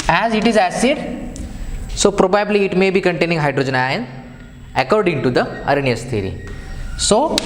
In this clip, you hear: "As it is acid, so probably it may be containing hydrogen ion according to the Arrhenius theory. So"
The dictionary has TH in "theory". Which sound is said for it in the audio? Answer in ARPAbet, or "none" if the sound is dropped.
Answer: T